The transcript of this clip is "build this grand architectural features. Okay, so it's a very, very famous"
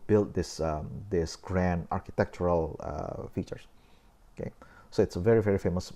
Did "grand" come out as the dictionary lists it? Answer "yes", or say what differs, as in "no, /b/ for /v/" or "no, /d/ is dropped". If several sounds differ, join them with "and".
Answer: yes